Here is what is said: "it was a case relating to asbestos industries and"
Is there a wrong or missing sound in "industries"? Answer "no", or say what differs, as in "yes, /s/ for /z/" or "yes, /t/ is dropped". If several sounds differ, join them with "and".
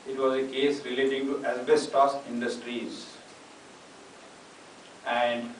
no